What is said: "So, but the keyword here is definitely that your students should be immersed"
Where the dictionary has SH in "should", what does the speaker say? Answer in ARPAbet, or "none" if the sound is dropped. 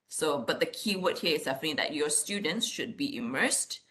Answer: SH